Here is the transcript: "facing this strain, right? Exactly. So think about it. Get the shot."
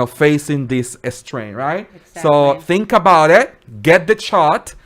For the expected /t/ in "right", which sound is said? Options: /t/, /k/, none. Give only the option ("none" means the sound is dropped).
none